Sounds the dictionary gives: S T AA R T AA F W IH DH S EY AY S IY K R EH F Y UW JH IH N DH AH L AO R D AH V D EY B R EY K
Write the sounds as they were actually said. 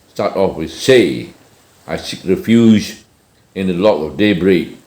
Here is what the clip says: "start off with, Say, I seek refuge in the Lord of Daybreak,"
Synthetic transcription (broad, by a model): S T AA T AA F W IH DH S EY AY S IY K R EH F Y UW Z IH N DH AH L AO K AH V D EY B R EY K